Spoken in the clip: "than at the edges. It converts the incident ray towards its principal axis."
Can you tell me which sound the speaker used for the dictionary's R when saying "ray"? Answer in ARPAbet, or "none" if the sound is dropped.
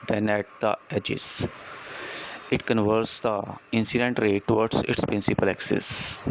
R